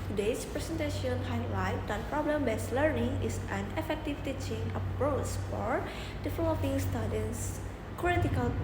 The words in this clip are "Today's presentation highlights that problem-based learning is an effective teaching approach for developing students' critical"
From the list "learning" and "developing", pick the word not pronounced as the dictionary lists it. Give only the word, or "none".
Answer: developing